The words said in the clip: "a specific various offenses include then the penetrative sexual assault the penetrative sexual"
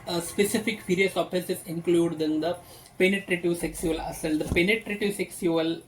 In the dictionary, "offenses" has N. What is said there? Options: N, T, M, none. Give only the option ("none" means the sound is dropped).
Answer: none